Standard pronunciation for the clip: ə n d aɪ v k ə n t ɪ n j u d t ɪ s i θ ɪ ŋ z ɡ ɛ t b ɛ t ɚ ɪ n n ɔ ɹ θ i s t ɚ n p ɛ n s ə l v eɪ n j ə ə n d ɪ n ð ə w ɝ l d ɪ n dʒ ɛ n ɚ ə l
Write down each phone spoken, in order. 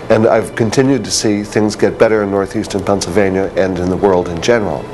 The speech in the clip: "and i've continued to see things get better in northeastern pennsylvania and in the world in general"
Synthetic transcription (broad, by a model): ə n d aɪ v k ə n t ɪ n j u d t ɪ s i θ ɪ ŋ z ɡ ɛ t b ɛ t ɚ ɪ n n ɔ ɹ θ i s t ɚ n p ɛ n s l v eɪ n j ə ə n ɪ n ð ə w ɝ l d ɪ n dʒ ɛ n ɚ l